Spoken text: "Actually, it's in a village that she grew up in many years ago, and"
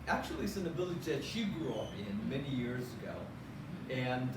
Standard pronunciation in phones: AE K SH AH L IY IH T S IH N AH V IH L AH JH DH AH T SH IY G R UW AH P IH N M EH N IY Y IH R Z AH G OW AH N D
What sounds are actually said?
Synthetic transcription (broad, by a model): AE K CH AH L IY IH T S IH N AH B IH L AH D DH AH T SH IY G R UW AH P IH N M EH N IY Y IH R Z AH G OW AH N